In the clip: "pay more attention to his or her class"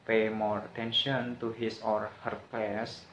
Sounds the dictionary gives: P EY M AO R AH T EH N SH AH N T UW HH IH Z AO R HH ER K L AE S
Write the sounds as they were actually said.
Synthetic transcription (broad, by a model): P EY M AO R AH T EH N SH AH N T UW HH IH S AO R HH ER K L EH S